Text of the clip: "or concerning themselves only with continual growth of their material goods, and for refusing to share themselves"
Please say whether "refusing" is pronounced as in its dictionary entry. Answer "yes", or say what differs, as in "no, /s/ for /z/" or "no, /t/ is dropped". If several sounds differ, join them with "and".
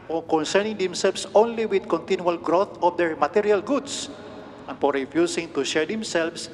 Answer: no, /s/ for /z/